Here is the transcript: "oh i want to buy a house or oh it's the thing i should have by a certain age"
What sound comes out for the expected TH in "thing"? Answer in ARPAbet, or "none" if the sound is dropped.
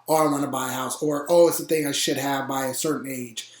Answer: TH